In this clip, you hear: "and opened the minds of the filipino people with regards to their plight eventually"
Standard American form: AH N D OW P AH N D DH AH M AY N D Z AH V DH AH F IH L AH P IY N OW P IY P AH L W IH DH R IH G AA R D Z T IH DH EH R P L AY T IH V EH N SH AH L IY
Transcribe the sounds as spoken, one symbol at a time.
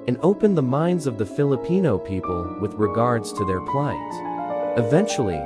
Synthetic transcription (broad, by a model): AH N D OW P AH N DH AH M AY N D Z AH V DH AH F IH L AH P IY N OW P IY P AH L W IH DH R IH G AA R D Z T IH DH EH R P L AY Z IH V EH N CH L IY